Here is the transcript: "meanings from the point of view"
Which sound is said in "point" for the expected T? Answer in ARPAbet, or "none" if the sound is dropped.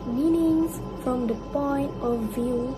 T